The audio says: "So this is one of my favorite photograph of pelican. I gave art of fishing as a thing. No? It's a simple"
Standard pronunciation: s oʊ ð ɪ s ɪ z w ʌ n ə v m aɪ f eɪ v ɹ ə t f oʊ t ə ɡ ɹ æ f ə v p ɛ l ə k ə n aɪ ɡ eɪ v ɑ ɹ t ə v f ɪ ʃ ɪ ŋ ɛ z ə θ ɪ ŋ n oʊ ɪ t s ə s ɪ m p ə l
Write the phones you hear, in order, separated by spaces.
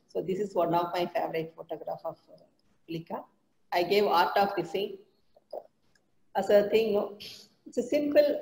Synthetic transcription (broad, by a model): s oʊ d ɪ s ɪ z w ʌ n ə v m aɪ f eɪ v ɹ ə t f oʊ t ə ɡ ɹ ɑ f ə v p l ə k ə aɪ ɡ eɪ v ɑ ɹ t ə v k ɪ s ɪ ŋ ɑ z ə t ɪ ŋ n oʊ ɪ t s ə s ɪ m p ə l